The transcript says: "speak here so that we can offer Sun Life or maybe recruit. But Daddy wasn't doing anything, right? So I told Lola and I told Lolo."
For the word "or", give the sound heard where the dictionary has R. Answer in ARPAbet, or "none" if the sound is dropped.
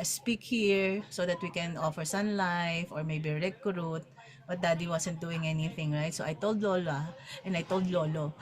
R